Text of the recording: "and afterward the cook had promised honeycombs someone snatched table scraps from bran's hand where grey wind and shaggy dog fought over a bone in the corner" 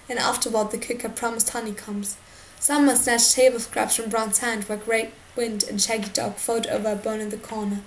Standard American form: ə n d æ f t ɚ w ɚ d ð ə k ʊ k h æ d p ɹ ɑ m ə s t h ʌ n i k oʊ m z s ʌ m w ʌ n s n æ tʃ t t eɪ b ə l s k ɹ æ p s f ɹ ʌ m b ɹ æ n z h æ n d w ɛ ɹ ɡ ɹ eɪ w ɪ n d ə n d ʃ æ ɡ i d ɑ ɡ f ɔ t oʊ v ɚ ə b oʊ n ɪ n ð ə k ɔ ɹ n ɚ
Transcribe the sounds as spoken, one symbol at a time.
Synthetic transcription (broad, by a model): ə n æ f t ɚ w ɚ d ð ə k ʊ k h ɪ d p ɹ ɑ m ə s t h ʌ n i k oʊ m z s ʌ m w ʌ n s n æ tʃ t t eɪ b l s k ɹ æ p s f ɹ ʌ m b ɹ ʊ n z h æ n d w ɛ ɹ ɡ ɹ eɪ w ɪ n d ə n ʃ æ ɡ i d ɑ ɡ f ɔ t oʊ v ɚ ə b oʊ n ɪ n ð ə k ɔ ɹ n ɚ